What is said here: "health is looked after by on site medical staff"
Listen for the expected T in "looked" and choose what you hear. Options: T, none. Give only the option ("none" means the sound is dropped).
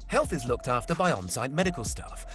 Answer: T